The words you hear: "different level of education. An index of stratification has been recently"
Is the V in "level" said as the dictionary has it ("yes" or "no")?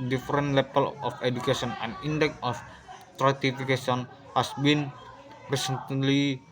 no